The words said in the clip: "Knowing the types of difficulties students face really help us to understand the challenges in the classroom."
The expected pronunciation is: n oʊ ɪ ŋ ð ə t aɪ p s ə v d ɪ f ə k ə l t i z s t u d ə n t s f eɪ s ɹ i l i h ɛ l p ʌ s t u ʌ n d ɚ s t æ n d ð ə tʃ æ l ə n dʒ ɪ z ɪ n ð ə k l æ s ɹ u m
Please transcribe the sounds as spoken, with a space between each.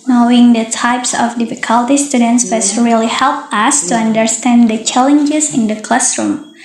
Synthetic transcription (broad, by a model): n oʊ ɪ ŋ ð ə t aɪ p s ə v d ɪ f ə k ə l t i s t u d ə n t s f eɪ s ɹ i l i h ɛ l p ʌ s t u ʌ n d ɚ s t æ n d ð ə tʃ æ l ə n dʒ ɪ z ɪ n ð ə k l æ s ɹ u m